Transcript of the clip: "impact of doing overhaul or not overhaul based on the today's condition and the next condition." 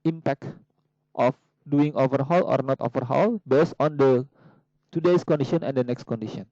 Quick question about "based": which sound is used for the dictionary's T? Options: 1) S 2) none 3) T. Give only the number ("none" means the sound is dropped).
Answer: 2